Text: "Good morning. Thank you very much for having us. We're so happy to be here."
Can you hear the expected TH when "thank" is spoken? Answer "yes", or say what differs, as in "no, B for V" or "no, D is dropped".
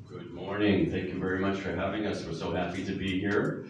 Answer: yes